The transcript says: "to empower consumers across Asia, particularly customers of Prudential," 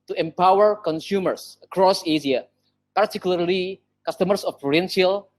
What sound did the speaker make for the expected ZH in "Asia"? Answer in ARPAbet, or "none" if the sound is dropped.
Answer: S